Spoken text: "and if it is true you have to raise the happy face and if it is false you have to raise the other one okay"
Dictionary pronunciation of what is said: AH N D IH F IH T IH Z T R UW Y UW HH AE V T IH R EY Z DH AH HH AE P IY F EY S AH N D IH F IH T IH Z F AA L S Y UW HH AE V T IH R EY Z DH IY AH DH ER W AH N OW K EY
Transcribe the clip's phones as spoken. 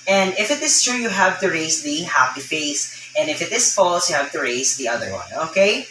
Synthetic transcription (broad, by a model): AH N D IH F IH T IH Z T R UW Y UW HH AE V T IH R EY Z DH AH HH AE P IY F EY S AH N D IH F IH T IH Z F AA L S Y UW HH AE V T IH R EY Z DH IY AH DH ER W AH N OW K EY